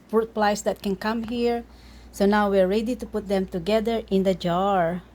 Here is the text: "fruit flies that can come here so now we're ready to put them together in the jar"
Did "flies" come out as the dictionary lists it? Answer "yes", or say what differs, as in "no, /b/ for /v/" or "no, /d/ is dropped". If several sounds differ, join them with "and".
no, /p/ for /f/